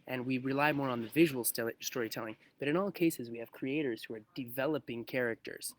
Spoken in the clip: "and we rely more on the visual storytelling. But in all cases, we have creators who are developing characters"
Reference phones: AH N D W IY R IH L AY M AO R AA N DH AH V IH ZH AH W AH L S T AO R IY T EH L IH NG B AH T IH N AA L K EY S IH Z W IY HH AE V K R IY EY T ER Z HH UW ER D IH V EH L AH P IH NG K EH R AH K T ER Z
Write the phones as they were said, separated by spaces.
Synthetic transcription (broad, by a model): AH N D W IY R IH L AY M AO R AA N DH AH V IH ZH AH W L S T AO R IY T EH L IH NG B AH T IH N AA L K EY S IH Z W IY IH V K R IY EY T ER Z HH UW ER D IH V EH L AH P IH NG K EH R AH K T ER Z